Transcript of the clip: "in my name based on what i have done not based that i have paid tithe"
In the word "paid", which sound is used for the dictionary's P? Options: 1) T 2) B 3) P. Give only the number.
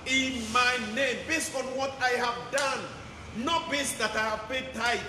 2